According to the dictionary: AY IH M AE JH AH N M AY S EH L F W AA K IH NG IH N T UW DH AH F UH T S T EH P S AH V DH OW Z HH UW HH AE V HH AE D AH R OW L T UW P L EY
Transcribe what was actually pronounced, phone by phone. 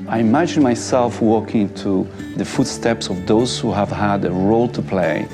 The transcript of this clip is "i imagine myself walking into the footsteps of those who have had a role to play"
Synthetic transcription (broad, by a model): AY IH M AE JH AH N M AY S EH L F W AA K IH IH N T UW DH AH F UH T S T EH P S AH V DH OW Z HH UW HH AE V HH AE D AH R OW L T UW P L EY